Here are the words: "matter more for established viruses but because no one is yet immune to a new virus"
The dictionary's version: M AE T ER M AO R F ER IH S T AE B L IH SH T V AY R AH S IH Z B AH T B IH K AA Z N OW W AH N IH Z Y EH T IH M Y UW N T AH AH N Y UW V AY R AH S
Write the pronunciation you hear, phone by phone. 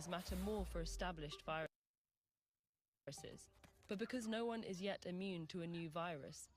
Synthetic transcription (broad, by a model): M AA T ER M AO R F ER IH S T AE B L IH SH T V AY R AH S IH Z B AH T B IH K AA Z N OW W AH N IH Z Y EH T IH M Y UW N T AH AH N Y UW V AY R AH S